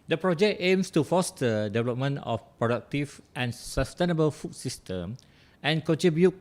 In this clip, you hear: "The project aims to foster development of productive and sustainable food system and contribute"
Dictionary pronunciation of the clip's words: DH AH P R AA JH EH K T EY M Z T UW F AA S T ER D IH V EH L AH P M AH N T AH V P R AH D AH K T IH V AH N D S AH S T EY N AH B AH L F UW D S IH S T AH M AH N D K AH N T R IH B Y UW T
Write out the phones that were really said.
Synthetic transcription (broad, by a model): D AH P R AA JH EH K T EY M S T UW F AA S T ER D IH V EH L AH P M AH N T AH F P R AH D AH K T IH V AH N S AH S T EY N AH B AH L F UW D S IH S T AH M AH N K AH N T R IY B Y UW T